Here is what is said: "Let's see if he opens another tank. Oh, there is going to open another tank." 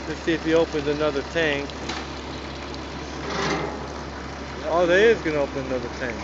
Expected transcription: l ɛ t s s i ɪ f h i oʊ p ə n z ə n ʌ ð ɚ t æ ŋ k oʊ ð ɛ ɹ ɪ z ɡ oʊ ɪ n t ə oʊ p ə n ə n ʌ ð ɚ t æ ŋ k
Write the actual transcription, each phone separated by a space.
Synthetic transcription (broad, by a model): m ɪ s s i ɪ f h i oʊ p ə n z ə n ʌ ð ɚ t æ ŋ k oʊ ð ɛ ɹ ɪ z ɡ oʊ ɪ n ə oʊ p ə n ə n ʌ ð ɚ t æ ŋ k